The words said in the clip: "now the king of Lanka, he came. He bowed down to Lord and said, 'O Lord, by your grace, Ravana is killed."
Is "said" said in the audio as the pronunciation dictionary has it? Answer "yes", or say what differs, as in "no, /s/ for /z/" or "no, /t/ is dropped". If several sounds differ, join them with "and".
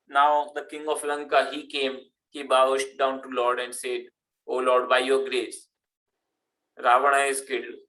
yes